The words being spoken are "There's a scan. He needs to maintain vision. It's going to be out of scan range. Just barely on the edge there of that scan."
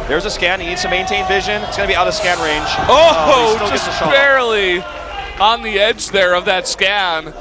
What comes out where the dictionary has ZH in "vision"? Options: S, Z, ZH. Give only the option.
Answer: ZH